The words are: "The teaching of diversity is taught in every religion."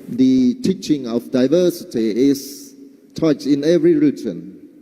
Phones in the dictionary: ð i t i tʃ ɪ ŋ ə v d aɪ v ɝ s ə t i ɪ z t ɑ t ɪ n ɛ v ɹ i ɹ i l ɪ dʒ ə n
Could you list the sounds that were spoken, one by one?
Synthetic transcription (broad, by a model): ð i t i tʃ ɪ ŋ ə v d aɪ v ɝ s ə t i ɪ s t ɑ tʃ ɪ n ɛ v ɹ i ɹ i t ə n